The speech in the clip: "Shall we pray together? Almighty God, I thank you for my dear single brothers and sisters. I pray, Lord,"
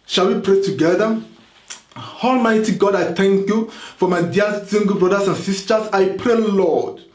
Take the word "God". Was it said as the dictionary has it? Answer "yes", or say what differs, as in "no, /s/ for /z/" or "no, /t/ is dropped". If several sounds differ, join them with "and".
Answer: yes